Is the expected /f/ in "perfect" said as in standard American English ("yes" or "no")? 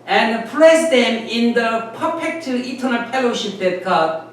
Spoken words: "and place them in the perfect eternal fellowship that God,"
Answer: no